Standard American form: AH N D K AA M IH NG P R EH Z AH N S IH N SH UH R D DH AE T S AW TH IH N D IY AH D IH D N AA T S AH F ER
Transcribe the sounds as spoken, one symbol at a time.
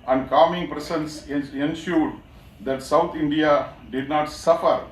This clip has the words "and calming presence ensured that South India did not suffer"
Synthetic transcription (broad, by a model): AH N D K AA M IH NG P R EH S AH N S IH N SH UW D D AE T S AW T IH N D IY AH D IH D N AA T S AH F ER